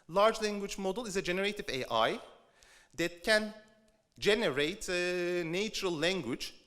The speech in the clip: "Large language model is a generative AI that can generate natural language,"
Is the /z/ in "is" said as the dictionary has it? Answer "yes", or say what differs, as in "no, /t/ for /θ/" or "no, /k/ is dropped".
yes